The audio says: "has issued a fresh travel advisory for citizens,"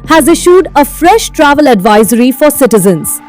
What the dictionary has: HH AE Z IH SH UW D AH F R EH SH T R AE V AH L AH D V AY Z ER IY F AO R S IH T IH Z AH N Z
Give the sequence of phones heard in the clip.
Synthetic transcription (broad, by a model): HH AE Z IH SH UW D AH F R EH SH T R AE V AH L AH D V AY Z ER IY F AO R S IH T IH Z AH N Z